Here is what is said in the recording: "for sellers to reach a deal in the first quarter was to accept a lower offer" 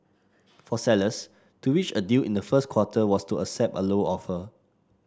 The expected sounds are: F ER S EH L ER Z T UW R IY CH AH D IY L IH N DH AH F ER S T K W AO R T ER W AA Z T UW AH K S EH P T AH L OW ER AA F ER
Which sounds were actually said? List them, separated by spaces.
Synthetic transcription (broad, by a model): F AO S EH L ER S T UW W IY CH AH D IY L IH N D AH F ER S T K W AO T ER W AA S T UW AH S EH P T AH L OW AA F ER